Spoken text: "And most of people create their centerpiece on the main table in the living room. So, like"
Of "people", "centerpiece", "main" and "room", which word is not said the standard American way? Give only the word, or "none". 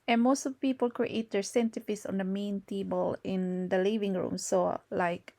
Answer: centerpiece